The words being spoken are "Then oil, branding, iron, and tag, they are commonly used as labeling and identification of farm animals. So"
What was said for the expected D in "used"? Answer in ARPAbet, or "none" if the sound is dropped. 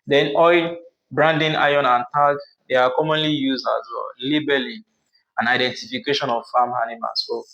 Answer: none